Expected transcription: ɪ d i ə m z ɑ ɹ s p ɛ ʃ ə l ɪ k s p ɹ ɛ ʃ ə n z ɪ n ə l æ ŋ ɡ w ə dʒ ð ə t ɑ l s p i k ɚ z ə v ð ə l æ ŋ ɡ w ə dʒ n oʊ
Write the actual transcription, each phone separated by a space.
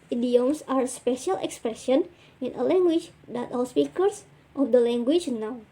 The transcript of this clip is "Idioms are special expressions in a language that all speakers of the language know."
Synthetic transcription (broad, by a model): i d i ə m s ɑ ɹ s p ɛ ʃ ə l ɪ k s p ɹ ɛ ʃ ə n ɪ n ə l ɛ ŋ ɡ w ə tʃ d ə t ɑ l s p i k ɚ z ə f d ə l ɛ ŋ ɡ w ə tʃ n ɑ